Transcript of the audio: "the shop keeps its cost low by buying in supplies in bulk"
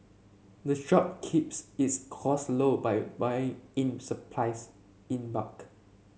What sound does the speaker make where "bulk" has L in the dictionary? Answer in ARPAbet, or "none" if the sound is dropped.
none